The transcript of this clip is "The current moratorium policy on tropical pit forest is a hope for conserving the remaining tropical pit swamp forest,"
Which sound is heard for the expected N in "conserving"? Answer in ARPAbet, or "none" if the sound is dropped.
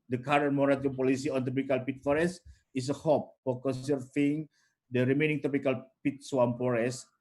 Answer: none